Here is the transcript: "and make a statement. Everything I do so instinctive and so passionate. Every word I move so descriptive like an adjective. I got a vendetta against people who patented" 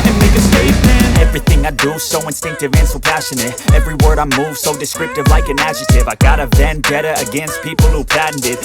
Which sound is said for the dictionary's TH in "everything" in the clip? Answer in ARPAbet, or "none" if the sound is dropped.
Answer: TH